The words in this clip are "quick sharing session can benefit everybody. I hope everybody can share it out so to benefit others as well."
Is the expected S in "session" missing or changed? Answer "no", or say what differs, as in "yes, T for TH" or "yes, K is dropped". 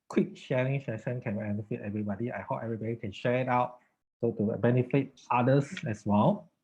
yes, SH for S